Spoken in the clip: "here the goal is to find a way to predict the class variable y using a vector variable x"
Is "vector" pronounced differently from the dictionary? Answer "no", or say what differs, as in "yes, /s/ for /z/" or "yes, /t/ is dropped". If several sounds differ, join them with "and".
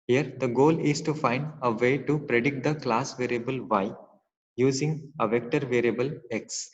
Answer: no